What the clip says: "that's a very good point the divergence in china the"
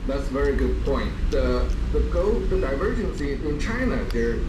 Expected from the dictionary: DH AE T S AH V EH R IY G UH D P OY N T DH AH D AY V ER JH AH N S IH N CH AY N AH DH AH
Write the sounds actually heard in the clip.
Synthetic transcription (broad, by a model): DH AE T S AH V EH R IY G UH D P OY N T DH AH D AY V ER JH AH N S IH N CH AY N AH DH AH